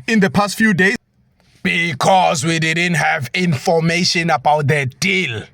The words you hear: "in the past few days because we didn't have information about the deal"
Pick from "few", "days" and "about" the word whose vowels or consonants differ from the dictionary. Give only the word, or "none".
days